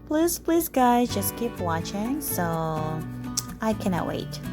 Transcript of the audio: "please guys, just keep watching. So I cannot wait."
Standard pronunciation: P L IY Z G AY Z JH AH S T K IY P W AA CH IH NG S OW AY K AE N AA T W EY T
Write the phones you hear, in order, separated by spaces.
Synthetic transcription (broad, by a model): P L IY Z G AY Z JH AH S K IY P W AA CH IH NG S OW AY K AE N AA T W EY T